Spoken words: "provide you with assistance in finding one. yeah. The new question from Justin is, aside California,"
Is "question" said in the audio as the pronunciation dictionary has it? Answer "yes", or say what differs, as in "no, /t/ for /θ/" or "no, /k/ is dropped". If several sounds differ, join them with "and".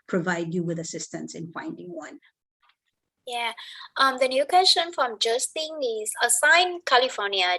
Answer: no, /ʃ/ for /tʃ/